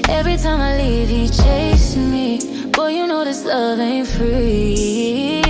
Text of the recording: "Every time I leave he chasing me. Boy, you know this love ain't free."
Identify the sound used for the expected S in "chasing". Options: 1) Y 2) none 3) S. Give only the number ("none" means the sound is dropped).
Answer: 2